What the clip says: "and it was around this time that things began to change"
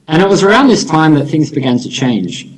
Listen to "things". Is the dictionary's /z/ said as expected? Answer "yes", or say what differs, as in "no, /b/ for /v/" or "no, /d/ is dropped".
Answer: yes